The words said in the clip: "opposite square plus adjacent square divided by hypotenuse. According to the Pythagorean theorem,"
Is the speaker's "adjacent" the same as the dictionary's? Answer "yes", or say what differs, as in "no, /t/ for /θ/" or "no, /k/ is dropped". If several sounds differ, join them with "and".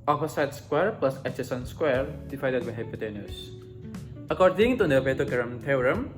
no, /tʃ/ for /dʒ/